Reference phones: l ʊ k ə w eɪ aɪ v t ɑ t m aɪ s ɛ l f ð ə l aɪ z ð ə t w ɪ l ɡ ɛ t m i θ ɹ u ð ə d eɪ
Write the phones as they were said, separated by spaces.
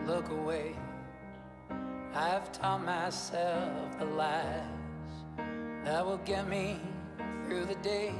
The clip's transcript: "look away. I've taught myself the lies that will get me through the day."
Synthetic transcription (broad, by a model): l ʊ k ə w eɪ aɪ v t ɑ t m aɪ s ɛ l f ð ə l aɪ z ð ə t w ɪ l ɡ ɛ t m i θ ɹ u ð ə d eɪ